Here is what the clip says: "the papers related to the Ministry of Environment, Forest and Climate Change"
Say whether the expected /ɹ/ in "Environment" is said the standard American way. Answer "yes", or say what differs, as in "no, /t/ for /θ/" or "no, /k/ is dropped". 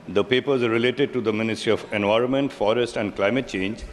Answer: yes